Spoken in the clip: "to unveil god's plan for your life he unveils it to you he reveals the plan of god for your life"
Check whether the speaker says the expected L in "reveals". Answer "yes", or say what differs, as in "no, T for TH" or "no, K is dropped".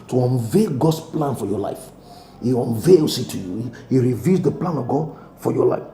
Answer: no, L is dropped